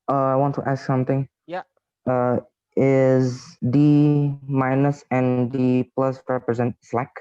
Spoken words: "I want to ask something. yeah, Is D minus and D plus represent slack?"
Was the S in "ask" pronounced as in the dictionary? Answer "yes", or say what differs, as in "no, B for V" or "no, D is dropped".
yes